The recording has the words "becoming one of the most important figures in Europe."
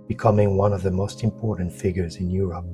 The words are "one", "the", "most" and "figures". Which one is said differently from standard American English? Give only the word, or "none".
none